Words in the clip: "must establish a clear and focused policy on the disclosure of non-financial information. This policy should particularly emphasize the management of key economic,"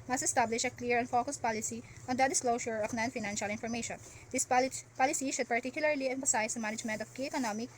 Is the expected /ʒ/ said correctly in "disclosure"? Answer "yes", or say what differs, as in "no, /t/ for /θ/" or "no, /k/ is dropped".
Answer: no, /ʃ/ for /ʒ/